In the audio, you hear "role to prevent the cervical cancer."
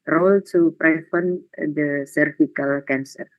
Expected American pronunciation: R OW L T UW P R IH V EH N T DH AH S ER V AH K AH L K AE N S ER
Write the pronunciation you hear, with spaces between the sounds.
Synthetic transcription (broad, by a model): R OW L T UW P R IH F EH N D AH S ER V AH K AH L K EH N S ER